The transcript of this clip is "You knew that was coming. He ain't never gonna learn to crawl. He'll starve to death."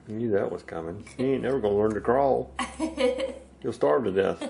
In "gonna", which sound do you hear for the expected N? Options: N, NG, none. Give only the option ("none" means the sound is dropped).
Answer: none